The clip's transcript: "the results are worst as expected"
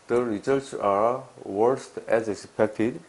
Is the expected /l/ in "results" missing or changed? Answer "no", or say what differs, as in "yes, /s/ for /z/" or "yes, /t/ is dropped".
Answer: yes, /l/ is dropped